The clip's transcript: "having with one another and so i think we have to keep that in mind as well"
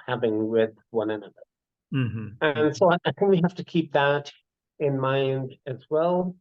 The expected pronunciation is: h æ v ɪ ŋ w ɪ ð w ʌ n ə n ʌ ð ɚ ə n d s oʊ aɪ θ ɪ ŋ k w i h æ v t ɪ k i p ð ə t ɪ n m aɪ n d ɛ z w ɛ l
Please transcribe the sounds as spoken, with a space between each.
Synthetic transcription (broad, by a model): h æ v ɪ ŋ w ɪ ð w ʌ n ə n ʌ ð ɚ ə n s oʊ aɪ θ ɪ ŋ k w i h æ f t ɪ k i p ð ə t ɪ n m aɪ n d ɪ z w ɛ l